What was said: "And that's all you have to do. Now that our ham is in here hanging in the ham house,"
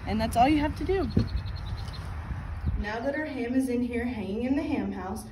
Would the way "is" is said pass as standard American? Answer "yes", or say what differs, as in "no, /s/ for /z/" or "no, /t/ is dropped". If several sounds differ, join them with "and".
yes